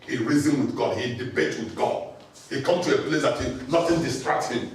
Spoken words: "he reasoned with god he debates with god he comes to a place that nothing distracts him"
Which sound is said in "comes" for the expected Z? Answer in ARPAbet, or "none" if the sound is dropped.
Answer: none